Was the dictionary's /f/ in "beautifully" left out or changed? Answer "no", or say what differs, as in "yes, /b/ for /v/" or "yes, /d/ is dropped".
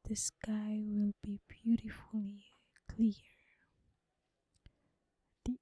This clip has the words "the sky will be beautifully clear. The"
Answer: no